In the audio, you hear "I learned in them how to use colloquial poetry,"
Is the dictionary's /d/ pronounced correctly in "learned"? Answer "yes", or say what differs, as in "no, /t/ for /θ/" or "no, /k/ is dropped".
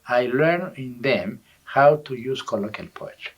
no, /d/ is dropped